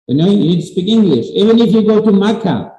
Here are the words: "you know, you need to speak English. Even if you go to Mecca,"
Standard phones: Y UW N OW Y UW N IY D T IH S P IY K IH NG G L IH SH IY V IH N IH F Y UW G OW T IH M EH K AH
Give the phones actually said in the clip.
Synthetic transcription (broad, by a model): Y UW N OW Y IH N IY D T IH S P IY K IH NG G L IH SH IY V IH N IH F Y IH G OW T IH M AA K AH